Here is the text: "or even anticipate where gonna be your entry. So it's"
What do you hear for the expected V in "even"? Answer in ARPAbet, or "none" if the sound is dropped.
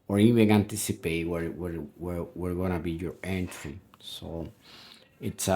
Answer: W